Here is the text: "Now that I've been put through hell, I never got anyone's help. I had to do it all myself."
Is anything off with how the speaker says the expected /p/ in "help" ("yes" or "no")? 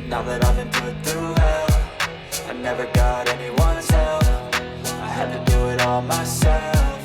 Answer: yes